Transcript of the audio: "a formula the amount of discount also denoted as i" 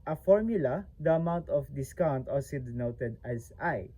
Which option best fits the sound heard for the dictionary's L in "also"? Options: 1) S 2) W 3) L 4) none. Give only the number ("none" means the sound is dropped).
4